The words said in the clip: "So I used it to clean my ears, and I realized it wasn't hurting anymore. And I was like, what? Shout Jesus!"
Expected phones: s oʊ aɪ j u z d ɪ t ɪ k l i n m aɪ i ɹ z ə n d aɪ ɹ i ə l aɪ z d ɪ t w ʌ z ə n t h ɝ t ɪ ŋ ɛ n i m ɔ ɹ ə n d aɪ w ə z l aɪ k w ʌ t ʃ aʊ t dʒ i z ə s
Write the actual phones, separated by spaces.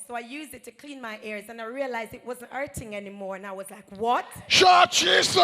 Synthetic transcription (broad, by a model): s oʊ aɪ j u z d ɪ t ɪ k l i n m aɪ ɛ ɹ z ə n aɪ ɹ i ə l aɪ z d ɪ t w ʌ z ə n t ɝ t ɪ ŋ ɛ n i m ɔ ɹ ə n aɪ w ə z l aɪ k w ʌ t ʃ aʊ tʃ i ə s